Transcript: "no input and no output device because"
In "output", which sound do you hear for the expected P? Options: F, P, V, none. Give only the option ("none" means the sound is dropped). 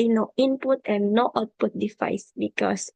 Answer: P